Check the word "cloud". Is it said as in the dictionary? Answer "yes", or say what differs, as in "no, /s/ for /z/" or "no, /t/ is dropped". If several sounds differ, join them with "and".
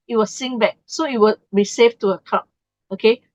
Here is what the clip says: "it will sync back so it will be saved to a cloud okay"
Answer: no, /l/ is dropped